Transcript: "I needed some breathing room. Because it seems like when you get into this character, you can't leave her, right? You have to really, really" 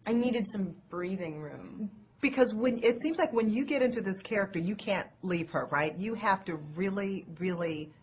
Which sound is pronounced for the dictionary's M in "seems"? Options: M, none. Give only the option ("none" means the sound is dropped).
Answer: M